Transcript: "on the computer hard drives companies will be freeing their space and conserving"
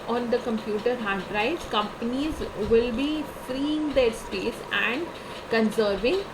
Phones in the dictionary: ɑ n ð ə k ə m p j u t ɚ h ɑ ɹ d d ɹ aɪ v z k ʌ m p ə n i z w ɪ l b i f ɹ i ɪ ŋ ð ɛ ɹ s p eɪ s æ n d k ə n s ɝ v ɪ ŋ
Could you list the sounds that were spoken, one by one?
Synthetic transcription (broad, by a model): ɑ n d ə k ə m p j u t ɚ h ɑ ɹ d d ɹ aɪ z k ʌ m p ə n i z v ɪ l b i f ɹ i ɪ ŋ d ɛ ɹ s p eɪ s æ n d k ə n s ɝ v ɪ ŋ